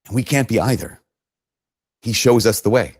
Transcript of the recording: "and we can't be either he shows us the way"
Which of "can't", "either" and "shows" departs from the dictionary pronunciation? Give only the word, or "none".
none